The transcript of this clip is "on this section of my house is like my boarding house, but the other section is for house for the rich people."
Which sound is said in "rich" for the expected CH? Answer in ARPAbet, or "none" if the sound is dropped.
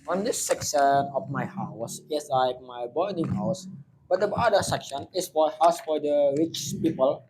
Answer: CH